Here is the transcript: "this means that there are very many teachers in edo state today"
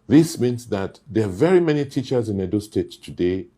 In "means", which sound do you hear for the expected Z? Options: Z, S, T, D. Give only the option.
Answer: S